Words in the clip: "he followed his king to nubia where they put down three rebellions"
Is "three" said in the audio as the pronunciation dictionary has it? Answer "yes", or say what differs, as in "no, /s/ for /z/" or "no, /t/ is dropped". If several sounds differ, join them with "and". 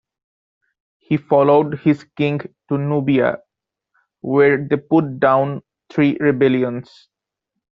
no, /t/ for /θ/